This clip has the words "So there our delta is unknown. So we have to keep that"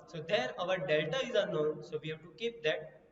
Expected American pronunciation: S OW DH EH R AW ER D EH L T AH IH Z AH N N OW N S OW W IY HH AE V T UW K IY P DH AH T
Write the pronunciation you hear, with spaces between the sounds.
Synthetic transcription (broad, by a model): S OW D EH R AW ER D EH L T AH IH Z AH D N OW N S OW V IY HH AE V T UW K IY P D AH T